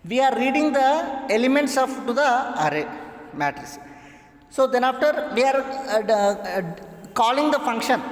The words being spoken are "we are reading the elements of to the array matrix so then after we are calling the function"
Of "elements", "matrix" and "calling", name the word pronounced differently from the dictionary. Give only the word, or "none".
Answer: matrix